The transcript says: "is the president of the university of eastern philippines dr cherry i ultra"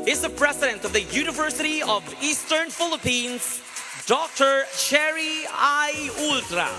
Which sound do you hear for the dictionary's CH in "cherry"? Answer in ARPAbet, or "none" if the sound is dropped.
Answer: SH